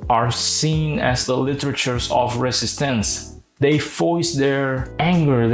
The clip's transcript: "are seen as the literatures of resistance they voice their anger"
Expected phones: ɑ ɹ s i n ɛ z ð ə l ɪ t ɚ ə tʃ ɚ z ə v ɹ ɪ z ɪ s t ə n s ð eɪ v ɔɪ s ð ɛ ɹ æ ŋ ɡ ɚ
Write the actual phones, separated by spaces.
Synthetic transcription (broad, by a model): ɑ ɹ s i n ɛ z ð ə l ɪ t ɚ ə tʃ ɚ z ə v ɹ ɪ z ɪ s t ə n s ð eɪ f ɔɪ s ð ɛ ɹ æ ŋ ɡ ɚ